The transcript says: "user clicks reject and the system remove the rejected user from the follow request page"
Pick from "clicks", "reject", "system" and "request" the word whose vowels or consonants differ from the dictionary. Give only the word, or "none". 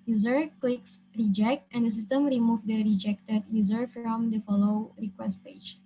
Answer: none